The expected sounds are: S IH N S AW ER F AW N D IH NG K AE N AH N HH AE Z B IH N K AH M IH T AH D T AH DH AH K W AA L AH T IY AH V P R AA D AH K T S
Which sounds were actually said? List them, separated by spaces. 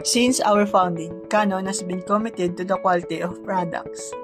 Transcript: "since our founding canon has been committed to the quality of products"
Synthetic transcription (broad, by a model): S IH N S AW ER F AW N D IH NG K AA N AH N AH S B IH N K AH M IH T AH D T AH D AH K W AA L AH T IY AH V P R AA D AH K T S